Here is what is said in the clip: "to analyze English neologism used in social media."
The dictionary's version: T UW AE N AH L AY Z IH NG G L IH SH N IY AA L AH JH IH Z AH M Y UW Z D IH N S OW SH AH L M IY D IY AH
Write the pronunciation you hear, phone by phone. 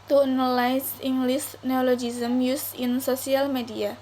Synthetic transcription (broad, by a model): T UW N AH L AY S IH NG G L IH S N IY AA L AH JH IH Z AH M Y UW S IH N S OW S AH L M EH D IY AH